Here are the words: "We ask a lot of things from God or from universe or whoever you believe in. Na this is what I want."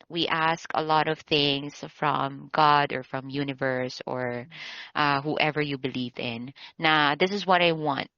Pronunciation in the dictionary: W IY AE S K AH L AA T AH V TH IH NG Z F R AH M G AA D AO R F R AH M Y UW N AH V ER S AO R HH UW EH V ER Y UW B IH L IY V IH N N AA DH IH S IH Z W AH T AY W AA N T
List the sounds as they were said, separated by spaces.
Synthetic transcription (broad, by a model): W IY AE S K AH L AA T AH V TH IH NG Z F R AH M G AA D AO R F R AH M Y UW N AH V ER S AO R HH UW EH V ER Y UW B IH L IY V IH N N AA DH IH S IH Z W AH T AY W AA N T